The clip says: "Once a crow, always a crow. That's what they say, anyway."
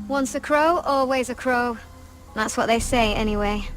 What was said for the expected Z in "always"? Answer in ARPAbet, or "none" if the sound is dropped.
Z